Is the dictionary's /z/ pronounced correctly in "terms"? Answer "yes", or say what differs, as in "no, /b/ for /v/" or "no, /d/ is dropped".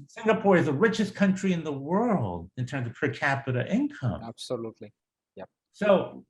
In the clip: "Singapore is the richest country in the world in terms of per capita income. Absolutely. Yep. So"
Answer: yes